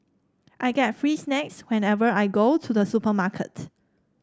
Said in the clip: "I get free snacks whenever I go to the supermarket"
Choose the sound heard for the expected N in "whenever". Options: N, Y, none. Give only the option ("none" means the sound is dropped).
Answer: N